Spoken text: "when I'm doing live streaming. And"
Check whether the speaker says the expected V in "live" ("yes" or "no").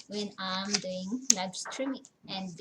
no